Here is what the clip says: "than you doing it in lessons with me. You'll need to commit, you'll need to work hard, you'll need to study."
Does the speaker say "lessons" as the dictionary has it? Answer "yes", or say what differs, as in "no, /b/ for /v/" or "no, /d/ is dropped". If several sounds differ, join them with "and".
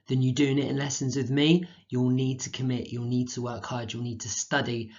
yes